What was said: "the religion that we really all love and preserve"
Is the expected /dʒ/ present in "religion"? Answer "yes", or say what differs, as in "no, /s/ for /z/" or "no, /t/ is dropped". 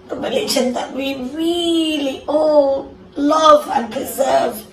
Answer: no, /ʃ/ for /dʒ/